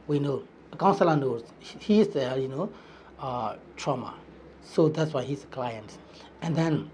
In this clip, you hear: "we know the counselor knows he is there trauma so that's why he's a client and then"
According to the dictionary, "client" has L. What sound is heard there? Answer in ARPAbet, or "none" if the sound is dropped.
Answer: L